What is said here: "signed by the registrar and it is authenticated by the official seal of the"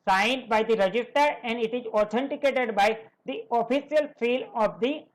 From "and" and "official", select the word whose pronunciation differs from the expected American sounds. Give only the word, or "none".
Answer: official